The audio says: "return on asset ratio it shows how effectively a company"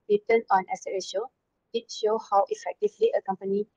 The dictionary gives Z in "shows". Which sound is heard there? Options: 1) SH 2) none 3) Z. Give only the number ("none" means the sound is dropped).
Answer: 2